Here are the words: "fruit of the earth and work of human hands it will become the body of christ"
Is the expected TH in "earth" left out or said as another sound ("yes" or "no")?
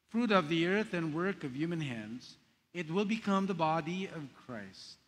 no